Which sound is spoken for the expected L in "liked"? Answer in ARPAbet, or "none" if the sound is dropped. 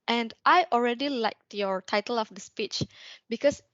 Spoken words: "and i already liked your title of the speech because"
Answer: L